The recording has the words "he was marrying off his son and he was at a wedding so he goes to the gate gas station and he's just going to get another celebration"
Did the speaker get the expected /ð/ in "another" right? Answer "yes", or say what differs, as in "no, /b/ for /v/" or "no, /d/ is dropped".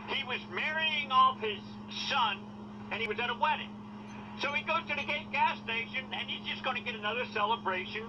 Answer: yes